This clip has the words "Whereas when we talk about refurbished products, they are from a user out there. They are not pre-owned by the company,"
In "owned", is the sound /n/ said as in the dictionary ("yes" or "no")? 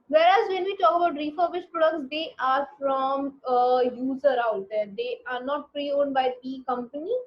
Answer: yes